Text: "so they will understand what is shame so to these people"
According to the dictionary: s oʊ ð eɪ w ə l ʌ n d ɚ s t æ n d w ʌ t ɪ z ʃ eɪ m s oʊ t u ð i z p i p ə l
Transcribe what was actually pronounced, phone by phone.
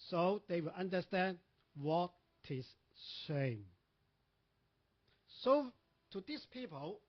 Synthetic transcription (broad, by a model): s oʊ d eɪ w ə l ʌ n d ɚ s t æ n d w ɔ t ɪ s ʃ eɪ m s oʊ t u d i s p i p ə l